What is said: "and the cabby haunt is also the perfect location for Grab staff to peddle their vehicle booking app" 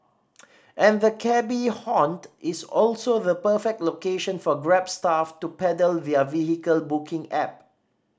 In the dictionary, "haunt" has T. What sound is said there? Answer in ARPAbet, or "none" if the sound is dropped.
T